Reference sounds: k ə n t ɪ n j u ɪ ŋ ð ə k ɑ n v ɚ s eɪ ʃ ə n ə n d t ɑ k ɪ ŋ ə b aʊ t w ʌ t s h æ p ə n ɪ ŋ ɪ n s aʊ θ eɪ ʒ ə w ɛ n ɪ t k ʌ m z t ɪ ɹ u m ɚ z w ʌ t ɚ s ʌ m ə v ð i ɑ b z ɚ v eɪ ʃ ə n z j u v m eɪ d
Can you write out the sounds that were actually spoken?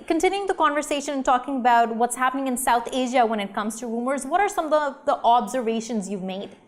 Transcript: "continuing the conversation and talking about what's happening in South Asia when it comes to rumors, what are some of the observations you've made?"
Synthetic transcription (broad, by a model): k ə n t ɪ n j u ɪ ŋ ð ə k ɑ n v ɚ s eɪ ʃ ə n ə n t ɑ k ɪ ŋ ə b aʊ t w ʌ t s h æ p ə n ɪ ŋ ɪ n s aʊ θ eɪ ʒ ə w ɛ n ɪ t k ʌ m z t ɪ ɹ u m ɚ z w ʌ t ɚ s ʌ m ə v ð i ɑ b z ɚ v eɪ ʃ ə n z j u v m eɪ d